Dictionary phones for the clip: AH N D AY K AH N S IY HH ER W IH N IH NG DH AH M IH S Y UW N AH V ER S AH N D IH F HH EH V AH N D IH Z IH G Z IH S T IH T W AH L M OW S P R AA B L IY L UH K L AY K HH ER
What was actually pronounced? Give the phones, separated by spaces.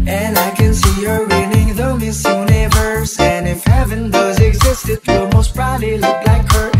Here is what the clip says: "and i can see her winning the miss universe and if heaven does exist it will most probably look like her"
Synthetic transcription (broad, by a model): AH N AY K AH N S IY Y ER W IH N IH NG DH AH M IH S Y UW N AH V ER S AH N IH F HH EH V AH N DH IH Z IH G Z IH S T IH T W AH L M OW S B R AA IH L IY L UH K L AY K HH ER